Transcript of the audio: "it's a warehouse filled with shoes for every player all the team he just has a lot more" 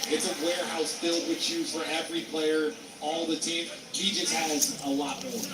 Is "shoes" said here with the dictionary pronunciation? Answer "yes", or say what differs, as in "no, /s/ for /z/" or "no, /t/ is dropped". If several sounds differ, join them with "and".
no, /z/ is dropped